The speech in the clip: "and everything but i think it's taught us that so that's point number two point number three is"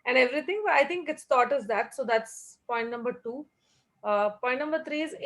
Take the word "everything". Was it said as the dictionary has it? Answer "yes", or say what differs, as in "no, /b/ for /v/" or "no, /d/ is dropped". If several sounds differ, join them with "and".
no, /t/ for /θ/